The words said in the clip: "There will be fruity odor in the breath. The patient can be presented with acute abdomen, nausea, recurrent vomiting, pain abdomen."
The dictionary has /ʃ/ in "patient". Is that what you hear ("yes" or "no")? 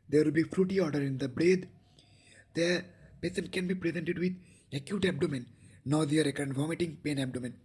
no